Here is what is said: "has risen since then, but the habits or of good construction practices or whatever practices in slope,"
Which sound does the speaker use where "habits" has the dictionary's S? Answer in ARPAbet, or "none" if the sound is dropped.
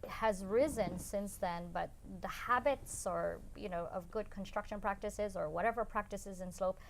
S